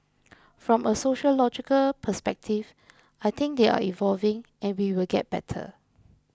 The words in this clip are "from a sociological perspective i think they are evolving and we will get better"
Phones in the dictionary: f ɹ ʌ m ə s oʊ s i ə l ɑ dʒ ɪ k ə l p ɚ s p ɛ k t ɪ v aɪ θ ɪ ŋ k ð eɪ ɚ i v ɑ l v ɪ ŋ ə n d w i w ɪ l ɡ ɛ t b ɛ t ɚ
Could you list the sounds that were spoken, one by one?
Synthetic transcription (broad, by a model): f ɹ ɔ m ə s oʊ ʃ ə l ɑ dʒ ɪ k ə l p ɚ s p ɛ k t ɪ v aɪ t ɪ ŋ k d eɪ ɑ i v ɑ l v ɪ ŋ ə n w i w ɪ l ɡ ɛ t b ɛ t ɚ